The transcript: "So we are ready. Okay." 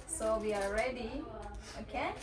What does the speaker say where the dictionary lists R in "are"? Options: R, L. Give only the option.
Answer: L